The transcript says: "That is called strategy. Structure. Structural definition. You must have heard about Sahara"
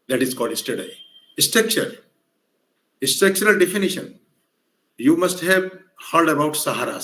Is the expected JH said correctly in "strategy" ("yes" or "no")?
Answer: no